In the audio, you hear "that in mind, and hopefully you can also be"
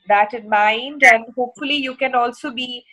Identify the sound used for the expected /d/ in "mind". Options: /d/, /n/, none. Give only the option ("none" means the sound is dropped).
/d/